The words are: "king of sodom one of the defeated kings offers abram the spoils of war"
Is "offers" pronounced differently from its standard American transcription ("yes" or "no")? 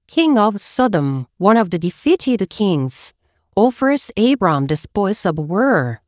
yes